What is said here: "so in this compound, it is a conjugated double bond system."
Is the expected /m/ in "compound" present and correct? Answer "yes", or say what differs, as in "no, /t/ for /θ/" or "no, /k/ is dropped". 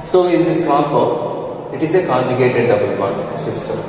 no, /m/ is dropped